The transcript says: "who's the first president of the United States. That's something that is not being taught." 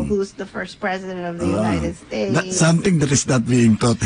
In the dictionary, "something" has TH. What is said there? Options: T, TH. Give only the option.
T